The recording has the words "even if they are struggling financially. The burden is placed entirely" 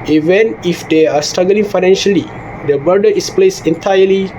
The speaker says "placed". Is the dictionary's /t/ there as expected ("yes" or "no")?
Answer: no